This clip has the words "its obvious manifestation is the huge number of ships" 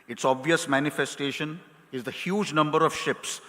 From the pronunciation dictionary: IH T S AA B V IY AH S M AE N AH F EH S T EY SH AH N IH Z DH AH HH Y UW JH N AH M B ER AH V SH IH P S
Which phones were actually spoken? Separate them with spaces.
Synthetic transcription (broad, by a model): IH T S AA B V IY AH S M AE N AH F EH S T EY SH AH N IH Z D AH HH Y UW JH N AH M B ER AH V SH IH P S